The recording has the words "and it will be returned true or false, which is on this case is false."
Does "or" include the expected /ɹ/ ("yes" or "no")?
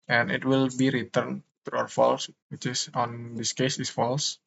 no